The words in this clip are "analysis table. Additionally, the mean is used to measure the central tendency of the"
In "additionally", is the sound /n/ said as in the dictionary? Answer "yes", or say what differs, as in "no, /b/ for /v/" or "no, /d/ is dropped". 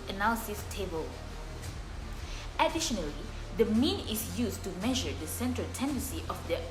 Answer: yes